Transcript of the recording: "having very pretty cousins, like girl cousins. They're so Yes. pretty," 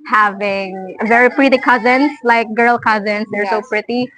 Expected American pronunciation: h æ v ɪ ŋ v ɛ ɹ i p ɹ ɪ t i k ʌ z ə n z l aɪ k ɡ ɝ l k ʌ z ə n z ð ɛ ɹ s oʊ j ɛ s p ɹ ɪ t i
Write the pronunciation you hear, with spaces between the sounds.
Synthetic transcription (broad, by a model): h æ v ɪ ŋ v ɛ ɹ i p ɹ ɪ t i k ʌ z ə n s l aɪ k ɡ ɝ l k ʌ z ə n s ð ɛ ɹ s oʊ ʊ p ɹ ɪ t i